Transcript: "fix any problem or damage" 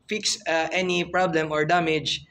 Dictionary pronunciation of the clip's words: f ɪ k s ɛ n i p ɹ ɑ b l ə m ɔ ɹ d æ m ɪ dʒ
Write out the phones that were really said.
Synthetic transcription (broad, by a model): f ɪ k s ɛ n i p ɹ ɑ b l ə m ɔ ɹ d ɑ m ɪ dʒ